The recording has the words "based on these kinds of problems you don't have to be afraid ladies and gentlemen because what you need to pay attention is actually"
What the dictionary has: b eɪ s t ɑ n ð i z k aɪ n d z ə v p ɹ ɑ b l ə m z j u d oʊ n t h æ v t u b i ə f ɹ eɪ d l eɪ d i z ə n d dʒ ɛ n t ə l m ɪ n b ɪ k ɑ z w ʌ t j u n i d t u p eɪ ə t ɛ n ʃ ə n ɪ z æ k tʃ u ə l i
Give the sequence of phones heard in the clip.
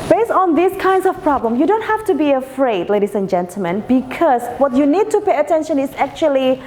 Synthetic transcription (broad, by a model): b eɪ s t ɑ n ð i s k aɪ n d s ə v p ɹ ɑ b l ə m j u d oʊ n t h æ f t u b i ə f ɹ eɪ d l eɪ d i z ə n dʒ ɛ n t ə l m ɪ n b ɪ k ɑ s w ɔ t j u n i d t u p eɪ ə t ɛ n ʃ ə n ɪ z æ k tʃ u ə l i